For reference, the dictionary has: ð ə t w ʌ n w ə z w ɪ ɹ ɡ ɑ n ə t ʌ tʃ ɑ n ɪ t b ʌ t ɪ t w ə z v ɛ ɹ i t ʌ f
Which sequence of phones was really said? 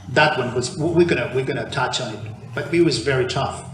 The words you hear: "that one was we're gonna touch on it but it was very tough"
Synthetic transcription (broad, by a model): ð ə t w ʌ n w ə z w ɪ w ɡ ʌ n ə t ʌ tʃ n ɪ t b ʌ t ɪ t w ə z v ɛ ɹ i t ʌ f